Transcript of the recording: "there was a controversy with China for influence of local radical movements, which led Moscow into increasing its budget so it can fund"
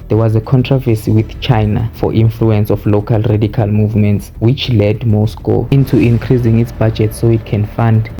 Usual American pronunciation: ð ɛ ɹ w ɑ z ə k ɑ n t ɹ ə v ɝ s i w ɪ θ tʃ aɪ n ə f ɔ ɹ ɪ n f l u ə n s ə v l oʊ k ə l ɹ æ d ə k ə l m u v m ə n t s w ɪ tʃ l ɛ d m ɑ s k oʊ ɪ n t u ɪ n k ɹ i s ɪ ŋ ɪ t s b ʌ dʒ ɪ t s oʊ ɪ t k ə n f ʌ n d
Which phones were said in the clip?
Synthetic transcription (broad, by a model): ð ɛ w ɑ z ə k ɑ n t ɹ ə v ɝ s i w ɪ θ tʃ aɪ n ə f ɔ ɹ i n f l u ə n s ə f l oʊ k ə l ɹ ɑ d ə k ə l m u v m ə n t s w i tʃ l ɛ d m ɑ s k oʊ ɪ n t u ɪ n k ɹ i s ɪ ŋ ɪ t s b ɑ dʒ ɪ t s oʊ ɪ t k ə n f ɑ n d